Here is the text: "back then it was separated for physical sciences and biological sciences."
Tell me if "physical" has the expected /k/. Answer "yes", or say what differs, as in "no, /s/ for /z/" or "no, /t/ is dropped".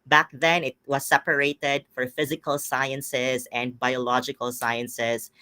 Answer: yes